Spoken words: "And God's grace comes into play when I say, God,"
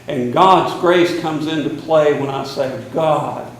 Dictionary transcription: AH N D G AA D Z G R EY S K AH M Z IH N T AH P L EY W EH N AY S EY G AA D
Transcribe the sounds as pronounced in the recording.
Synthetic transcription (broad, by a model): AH N G AA D Z G R EY S K AH M Z IH N T AH P L EY W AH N AY S EY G AA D